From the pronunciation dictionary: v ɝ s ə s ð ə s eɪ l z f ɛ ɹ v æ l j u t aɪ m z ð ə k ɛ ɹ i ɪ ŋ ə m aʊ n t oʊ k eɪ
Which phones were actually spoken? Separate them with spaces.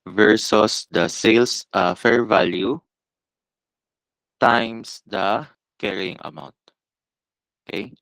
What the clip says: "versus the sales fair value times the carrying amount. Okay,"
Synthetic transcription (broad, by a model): v ɝ s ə s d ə s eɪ l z f ɛ ɹ v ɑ l j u t aɪ m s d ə k ɛ ɹ i ɪ ŋ ə m aʊ n t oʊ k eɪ